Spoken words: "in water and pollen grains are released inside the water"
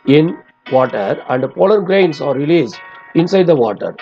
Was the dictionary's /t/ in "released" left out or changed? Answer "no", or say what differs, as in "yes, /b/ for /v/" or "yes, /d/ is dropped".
yes, /t/ is dropped